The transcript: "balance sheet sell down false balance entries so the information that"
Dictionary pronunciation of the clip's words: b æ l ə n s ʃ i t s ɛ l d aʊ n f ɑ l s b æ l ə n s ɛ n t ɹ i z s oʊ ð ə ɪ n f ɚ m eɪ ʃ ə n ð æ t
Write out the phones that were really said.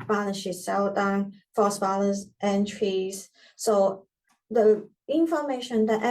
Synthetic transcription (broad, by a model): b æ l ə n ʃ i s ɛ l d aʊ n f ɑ s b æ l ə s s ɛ n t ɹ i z s oʊ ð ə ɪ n f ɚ m eɪ ʃ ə n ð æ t